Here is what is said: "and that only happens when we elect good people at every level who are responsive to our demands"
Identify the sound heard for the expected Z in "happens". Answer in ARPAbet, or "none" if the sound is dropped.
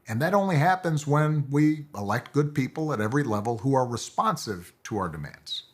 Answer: Z